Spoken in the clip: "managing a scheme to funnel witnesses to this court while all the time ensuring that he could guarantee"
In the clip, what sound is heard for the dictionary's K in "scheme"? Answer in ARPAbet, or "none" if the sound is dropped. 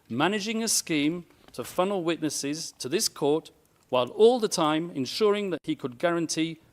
K